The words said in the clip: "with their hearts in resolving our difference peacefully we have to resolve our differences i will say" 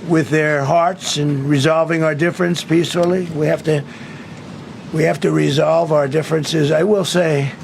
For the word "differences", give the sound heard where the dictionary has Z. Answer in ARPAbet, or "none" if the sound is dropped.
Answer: Z